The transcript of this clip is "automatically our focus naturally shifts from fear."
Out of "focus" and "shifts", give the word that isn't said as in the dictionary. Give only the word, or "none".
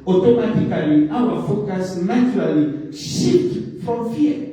shifts